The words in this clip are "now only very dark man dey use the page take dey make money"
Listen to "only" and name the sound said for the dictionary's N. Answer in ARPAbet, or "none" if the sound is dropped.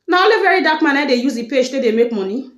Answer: none